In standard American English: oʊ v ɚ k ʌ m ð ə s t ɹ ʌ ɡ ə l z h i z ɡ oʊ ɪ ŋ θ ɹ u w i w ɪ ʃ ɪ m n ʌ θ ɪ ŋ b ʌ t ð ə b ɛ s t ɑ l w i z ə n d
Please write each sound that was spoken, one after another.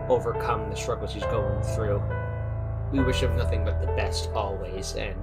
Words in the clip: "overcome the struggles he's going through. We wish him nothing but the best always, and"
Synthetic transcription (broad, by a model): oʊ v ɚ k ʌ m ð ə s t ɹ ʌ ɡ l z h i z ɡ oʊ ɪ ŋ θ ɹ u w i w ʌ ʃ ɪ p n ʌ θ ɪ ŋ b ʌ t ð ə b ɛ s t ɑ l w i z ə n